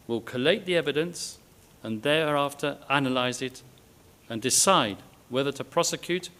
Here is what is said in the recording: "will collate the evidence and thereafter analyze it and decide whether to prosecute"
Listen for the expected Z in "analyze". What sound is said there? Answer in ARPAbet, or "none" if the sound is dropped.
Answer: Z